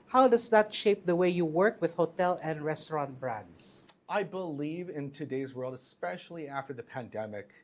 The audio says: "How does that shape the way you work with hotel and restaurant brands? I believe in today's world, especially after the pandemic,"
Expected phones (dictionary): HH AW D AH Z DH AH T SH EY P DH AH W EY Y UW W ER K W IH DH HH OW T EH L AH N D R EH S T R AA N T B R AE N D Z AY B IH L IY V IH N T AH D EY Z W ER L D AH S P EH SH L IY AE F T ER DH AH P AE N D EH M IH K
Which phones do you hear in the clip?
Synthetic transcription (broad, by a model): HH AW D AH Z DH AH T SH EY P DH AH W EY Y UW W ER K W IH DH HH OW T EH L AH N D R EH S T R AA N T B R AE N D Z AY B IH L IY V IH N T AH D EY Z W ER L D AH S P EH SH L IY AE F T ER DH AH P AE N D EH M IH K